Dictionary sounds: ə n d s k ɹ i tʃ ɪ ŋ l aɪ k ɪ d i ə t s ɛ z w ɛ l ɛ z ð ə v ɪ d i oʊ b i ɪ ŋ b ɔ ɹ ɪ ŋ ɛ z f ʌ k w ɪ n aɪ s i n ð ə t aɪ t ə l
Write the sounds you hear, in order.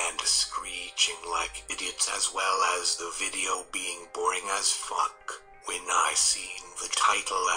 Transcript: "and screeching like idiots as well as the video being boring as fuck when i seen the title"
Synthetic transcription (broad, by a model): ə n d s k ɹ i tʃ ɪ ŋ l aɪ k ɪ d i ə t s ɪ z w ɛ l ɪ z ð ə v ɪ d i oʊ b i ɪ ŋ b ɔ ɹ ɪ ŋ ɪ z f ʌ k w ɪ n aɪ s i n ð ə t aɪ t l